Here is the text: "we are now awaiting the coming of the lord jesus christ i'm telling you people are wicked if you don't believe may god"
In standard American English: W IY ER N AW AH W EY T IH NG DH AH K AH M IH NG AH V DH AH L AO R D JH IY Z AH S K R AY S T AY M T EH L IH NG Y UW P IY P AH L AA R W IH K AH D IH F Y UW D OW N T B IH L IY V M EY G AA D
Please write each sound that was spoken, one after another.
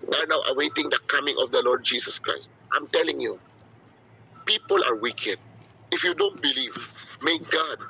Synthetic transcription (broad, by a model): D ER N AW AH W EY T IH NG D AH K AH M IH NG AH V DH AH L AO R D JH IY S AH S K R AY S T AY M T EH L IH NG Y UW P IY P AH L AA R W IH K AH D IH F Y UW D OW N T B IH L IY V M EY G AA D